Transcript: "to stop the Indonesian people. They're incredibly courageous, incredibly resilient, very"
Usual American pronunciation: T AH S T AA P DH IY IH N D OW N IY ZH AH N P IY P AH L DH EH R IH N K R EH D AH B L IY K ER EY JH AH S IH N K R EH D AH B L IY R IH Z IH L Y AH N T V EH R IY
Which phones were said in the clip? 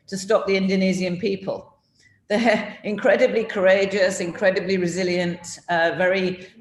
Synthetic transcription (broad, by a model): T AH S T AA P DH IY IH N D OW N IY Z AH N P IY P AH L DH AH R IH N K R EH D AH B L IY K ER EY JH AH S IH N K R EH D AH B L IY R IH Z IH L Y AH N T V EH R IY